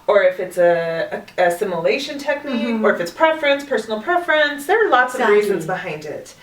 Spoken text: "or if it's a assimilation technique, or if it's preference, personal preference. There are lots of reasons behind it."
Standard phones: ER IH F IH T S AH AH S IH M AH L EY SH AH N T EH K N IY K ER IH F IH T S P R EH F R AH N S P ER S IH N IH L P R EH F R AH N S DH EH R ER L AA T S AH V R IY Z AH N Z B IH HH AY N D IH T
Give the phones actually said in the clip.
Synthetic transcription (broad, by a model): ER IH F IH T S AH AH S IH M AH L EY SH AH N T EH K N IY K ER IH F IH T S P R EH F R AH N S P ER S N L P R EH F R AH N S DH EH R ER L AA T S AH V R IY Z AH N Z B IH HH AY N D IH T